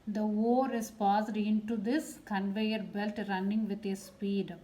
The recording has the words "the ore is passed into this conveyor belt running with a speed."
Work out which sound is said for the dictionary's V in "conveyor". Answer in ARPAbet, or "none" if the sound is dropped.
V